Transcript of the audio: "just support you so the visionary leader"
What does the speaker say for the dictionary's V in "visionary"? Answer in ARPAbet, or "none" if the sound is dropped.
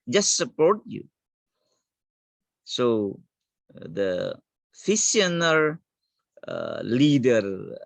F